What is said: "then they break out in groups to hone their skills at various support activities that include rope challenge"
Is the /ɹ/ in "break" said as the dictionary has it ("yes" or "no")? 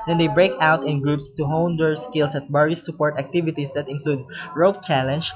yes